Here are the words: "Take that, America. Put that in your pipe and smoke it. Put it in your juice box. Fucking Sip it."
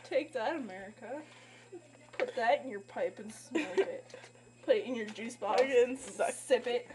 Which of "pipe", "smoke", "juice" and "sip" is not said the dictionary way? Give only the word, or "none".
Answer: smoke